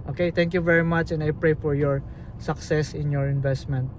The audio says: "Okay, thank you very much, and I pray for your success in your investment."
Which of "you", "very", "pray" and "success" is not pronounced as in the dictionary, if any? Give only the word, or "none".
none